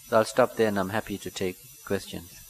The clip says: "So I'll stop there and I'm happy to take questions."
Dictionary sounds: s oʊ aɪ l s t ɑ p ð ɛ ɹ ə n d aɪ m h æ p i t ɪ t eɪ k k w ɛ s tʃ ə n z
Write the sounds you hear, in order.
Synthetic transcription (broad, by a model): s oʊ aɪ l s t ɑ p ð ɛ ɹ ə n aɪ m h æ p i t ɪ t eɪ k k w ɛ s tʃ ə n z